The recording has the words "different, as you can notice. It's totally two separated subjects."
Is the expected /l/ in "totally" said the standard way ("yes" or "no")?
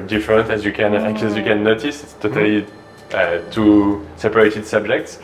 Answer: yes